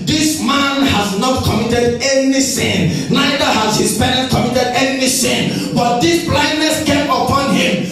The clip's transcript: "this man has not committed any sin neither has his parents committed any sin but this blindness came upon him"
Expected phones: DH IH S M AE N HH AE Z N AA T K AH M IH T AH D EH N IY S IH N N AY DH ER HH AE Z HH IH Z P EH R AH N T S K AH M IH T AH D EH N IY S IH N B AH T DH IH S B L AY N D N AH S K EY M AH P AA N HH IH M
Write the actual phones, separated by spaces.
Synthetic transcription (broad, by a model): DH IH S M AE N HH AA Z N AA T K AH M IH T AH D EH N IY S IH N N AY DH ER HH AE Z HH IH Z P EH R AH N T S K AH M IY T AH D EH N IY S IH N B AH T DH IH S B L AY N D N AH S K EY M AH P AA N HH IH M